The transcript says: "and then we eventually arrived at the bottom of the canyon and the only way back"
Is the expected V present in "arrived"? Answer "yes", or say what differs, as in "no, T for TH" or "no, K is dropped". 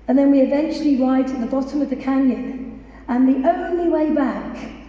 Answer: no, V is dropped